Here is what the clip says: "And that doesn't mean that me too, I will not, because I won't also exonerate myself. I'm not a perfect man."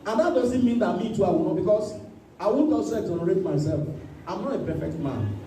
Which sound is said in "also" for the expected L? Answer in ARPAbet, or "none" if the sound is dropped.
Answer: none